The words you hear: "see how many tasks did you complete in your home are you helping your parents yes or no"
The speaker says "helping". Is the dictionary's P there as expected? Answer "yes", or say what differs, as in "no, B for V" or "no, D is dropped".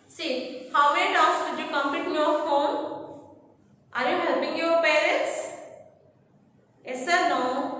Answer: no, B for P